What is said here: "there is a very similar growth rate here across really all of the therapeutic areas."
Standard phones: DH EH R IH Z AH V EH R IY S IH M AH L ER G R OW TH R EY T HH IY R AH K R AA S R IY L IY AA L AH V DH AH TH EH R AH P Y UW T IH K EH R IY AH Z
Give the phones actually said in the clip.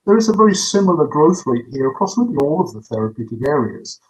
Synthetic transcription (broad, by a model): DH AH R IH Z AH V EH R IY S IH M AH L ER G R OW TH R EY T HH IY R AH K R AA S L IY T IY AA L AH V DH AH TH EH R AH P Y UW T IH K EH R IY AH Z